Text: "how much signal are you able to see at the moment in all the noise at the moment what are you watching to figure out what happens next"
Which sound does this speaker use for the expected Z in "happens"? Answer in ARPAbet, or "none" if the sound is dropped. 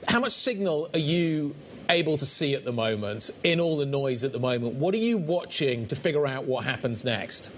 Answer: Z